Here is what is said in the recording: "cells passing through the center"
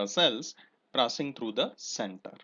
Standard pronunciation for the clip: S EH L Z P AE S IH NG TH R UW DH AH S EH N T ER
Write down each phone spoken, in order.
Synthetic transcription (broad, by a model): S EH L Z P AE S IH NG T R UW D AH S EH N T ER